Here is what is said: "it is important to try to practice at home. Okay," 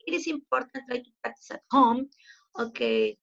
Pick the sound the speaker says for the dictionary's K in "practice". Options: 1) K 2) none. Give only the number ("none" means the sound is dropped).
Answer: 2